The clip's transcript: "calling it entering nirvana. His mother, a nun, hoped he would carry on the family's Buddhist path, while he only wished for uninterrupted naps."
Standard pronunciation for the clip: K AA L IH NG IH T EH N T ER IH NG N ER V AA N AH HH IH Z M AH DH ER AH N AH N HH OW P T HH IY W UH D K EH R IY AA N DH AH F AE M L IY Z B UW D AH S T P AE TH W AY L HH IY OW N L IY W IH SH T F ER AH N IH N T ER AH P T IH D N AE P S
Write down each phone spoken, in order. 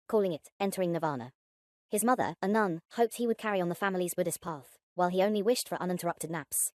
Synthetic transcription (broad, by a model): K AA L IH NG IH T EH N T ER IH NG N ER V AA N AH HH IH Z M AH DH ER AH N AH N HH OW P T HH IY W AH D K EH R IY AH N DH AH F AE M L IY Z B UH D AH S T P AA TH W AY L IY OW N L IY W IH SH T F ER AH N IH N T ER AH P T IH D N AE P S